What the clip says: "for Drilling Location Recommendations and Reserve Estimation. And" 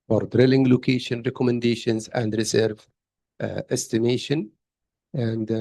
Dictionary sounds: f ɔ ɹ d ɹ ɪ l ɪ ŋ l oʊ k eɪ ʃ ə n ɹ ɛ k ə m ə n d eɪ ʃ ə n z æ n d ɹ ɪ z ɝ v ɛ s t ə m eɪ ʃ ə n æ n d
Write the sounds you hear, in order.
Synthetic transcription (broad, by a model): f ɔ ɹ d ɹ ɪ l ɪ ŋ l oʊ k eɪ ʃ ə n ɹ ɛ k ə m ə n d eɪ ʃ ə n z æ n d ɹ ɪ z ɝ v ɛ s t ə m eɪ ʃ ə n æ n d